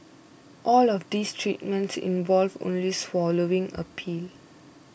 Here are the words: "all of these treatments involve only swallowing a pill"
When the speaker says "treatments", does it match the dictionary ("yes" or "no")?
yes